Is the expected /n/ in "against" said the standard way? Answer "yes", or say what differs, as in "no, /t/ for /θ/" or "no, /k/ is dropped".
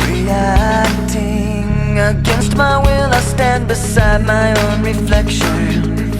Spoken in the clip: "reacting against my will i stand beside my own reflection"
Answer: yes